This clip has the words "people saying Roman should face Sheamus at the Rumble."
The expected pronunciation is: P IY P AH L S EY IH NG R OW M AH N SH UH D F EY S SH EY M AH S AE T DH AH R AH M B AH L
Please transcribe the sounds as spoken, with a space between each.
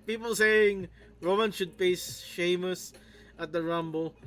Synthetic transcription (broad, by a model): P IY P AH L S EY IH NG R OW M AH N SH UH D P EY S SH EY M AH S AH T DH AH R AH M B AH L